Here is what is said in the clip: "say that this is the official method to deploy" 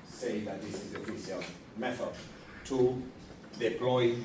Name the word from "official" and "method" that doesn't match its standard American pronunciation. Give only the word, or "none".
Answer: official